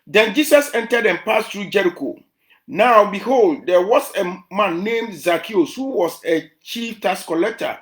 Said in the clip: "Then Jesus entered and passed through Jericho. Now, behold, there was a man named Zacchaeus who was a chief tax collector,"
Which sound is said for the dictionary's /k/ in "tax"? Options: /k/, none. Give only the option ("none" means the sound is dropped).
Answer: none